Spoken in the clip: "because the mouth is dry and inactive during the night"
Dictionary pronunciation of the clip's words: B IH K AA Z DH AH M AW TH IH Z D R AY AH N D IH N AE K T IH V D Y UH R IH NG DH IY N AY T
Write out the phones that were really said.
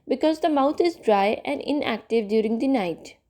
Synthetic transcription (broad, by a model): B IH K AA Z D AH M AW T IH Z D R AY AH N D IH N AE K T IH V D Y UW R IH NG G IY N AY T